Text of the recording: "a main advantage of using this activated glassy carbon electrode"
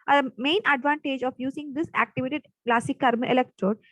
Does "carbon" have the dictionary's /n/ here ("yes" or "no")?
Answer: no